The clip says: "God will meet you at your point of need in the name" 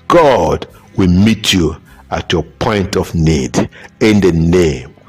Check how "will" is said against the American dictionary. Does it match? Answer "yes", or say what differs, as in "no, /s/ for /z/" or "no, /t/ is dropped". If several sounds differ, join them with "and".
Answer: yes